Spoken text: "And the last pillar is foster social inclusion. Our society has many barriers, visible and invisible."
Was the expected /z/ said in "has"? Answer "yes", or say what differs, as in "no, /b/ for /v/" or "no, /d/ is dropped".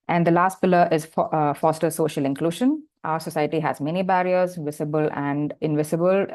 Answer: yes